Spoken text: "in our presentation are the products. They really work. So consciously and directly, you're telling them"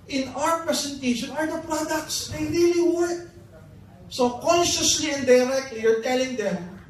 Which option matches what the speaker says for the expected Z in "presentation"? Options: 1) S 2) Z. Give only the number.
1